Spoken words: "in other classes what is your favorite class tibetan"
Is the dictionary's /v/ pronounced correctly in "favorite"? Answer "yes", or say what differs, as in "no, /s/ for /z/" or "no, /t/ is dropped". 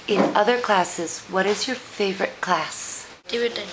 yes